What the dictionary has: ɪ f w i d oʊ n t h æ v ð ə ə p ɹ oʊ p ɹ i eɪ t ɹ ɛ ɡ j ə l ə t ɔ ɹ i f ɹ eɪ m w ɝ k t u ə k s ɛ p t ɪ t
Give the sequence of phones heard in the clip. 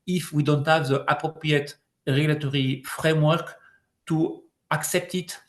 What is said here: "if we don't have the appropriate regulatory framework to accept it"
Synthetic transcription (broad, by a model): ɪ f w i d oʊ n t h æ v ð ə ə p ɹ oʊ p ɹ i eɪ t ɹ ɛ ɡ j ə l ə t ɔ ɹ i f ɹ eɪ m w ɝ k t u ə k s ɛ p t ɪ t